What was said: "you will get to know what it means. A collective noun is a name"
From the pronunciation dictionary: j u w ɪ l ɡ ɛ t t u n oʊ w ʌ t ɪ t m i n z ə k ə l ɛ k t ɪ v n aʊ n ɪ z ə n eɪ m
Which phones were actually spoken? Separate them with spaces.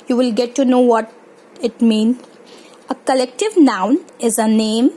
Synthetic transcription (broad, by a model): j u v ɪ l ɡ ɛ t t u n oʊ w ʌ t ɪ t m i n ə k ə l ɛ k t ɪ v n aʊ n ɪ z ə n eɪ m